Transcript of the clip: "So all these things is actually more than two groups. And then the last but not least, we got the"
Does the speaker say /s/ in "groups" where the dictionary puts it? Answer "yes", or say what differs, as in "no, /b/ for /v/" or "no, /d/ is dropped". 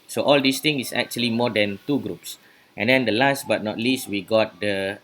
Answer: yes